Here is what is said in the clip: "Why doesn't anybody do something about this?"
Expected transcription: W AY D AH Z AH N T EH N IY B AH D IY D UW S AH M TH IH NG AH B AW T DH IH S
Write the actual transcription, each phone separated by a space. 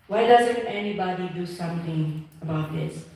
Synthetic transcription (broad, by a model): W AY D AH Z AH N T EH N IY B AH D IY D UW S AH M T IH NG AH B AW T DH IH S